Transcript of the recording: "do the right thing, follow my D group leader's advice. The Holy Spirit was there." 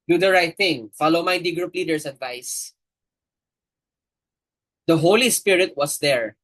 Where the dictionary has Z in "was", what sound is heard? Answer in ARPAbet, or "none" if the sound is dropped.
S